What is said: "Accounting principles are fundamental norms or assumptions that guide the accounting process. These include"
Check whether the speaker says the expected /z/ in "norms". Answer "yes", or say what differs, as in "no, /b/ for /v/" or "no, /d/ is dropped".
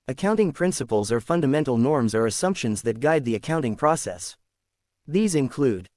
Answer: yes